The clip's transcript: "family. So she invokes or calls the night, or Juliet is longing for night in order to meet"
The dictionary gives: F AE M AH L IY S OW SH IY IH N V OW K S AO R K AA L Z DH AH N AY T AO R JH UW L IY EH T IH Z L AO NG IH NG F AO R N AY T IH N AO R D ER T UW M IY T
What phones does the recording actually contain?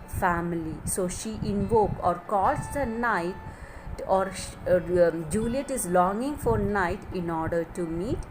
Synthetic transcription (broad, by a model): F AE M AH L IY S OW SH IY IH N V OW K AO R K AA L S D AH N AY T AO R JH UW L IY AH T IH Z L AO NG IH NG F AO R N AY T IH N AO R D ER T UW M IY T